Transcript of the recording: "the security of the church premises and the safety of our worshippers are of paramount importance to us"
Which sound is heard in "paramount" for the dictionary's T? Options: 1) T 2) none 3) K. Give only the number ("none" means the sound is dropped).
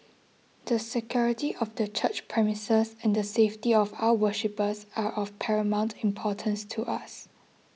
1